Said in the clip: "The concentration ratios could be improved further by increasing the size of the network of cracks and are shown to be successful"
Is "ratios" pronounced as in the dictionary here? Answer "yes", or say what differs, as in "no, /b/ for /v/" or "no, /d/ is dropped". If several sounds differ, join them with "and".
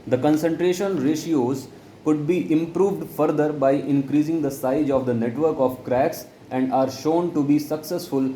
yes